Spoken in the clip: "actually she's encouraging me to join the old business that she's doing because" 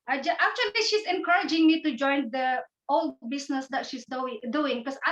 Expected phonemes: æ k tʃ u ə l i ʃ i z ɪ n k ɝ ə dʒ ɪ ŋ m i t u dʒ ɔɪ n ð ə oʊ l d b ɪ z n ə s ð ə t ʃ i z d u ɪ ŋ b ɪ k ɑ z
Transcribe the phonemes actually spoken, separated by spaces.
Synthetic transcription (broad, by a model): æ k tʃ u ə l i ʃ i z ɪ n k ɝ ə dʒ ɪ ŋ m i t u dʒ ɔɪ n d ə oʊ l d b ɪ s n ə s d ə t ʃ i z d u ɪ ŋ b k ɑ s